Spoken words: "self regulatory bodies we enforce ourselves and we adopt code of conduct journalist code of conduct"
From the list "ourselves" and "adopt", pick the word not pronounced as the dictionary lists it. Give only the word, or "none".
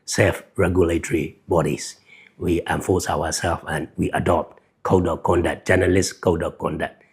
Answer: ourselves